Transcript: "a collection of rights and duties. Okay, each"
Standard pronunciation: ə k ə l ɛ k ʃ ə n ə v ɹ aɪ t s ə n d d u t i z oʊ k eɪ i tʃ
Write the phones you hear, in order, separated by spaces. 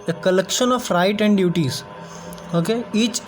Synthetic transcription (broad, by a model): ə k ə l ɛ k ʃ ə n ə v ɹ aɪ t ə n d d u t i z oʊ k eɪ i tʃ